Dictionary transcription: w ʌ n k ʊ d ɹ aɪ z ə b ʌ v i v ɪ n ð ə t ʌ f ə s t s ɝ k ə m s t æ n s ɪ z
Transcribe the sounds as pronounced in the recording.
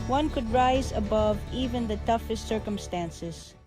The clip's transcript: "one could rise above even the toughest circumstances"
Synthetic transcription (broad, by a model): w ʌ n k ʊ d ɹ aɪ z ə b ʌ v i v ɪ n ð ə t ʌ f ə s t s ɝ k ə m s t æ n s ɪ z